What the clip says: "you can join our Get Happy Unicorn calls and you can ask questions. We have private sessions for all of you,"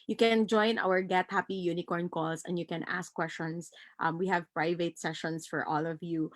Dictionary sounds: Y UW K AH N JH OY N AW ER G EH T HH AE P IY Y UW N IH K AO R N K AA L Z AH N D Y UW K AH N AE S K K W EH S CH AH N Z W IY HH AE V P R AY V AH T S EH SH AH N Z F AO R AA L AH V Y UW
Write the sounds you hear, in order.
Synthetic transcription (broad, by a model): Y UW K AH N JH OY N AW ER G EH T HH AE P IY Y UW N IH K AO R N K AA L S AH N D Y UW K AH N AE S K K W EH S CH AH N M W IY HH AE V P R AY V AH T S EH SH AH N S F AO R AA L AH V Y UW